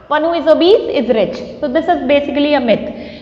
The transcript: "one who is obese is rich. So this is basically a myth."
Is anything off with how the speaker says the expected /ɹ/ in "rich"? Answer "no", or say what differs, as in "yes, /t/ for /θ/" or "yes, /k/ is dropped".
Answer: no